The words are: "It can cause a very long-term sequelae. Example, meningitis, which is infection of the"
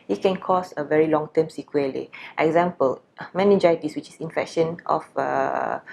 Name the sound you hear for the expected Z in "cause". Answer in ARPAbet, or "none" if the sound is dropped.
S